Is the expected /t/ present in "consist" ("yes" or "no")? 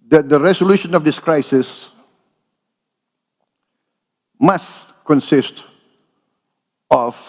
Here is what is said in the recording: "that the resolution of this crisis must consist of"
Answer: yes